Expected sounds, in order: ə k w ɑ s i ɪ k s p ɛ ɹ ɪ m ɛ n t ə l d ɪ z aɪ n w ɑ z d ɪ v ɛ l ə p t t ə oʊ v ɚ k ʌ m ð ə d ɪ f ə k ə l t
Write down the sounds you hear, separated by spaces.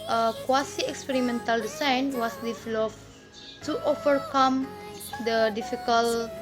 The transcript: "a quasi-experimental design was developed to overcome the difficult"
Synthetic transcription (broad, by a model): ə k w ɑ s i ɪ k s p ɛ ɹ ɪ m ɛ n t ə l d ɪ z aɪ n w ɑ s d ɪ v l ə f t t oʊ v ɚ k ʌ m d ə d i f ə k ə l